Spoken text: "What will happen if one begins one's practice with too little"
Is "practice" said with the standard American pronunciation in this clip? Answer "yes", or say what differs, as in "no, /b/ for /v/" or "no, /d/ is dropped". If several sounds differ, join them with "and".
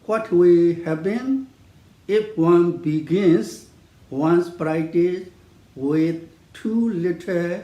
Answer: no, /s/ is dropped